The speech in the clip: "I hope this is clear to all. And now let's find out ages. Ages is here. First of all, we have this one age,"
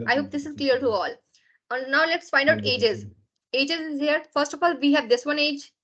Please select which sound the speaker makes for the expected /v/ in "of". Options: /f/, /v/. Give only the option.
/f/